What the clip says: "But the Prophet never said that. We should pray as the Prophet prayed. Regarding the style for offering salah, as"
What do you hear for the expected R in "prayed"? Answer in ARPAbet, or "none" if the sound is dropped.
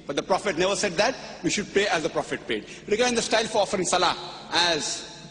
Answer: none